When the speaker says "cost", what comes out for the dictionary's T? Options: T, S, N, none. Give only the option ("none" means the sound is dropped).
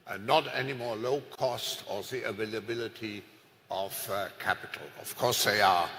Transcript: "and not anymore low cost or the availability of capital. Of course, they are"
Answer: T